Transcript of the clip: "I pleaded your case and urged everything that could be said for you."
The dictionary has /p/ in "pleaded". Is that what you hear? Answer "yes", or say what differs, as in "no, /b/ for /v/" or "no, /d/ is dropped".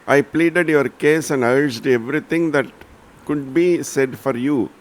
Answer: yes